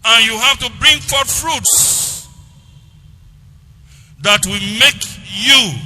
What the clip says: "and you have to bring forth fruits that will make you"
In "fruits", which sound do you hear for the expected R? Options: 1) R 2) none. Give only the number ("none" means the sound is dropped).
1